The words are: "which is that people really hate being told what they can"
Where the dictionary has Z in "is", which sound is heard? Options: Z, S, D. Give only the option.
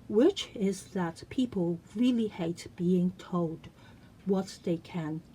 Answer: Z